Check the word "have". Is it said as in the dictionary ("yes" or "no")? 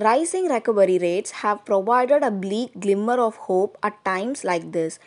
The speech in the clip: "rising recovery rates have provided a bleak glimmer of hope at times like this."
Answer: yes